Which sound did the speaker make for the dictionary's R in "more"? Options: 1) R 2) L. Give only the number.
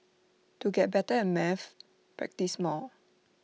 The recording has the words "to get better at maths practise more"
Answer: 2